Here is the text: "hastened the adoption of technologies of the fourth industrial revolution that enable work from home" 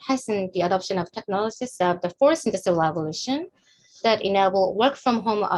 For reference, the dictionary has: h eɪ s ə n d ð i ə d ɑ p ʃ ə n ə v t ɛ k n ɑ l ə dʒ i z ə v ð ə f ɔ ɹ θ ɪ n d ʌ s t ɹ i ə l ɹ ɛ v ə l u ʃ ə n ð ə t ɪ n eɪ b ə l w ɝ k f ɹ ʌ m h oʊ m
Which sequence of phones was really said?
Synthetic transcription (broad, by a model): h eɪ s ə n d ð i ə d ɑ p ʃ ə n ə v t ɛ k n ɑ l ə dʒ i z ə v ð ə f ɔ ɹ s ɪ n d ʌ s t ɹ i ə l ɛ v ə l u ʃ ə n ð ə t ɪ n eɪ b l w ɝ k f ɹ ʌ m h oʊ m